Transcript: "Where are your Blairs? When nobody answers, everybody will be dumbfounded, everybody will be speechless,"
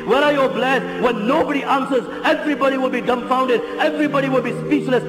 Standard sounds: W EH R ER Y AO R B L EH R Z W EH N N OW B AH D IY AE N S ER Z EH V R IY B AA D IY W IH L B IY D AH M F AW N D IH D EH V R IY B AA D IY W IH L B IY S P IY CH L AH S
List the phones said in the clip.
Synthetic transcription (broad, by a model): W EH R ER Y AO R B L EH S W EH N N OW B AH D IY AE N S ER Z EH V R IY B AA D IY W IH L B IY D AH M F AW N D IH D EH V R IY B AA D IY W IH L B IY S P IY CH L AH S